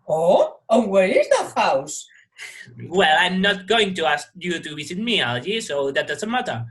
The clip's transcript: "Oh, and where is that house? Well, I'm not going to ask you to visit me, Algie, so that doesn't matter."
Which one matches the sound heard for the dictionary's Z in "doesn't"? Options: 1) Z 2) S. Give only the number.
2